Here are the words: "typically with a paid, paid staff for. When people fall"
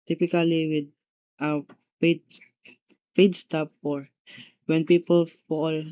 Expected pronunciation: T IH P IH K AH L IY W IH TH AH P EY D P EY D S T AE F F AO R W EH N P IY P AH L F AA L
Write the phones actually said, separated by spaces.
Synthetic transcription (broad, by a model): T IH P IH K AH L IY W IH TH AH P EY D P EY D S T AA P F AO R W EH N P IY P AH L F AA L